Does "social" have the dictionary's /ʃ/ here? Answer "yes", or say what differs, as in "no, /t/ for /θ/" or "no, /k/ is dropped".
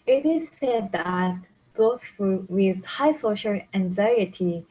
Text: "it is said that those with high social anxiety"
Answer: yes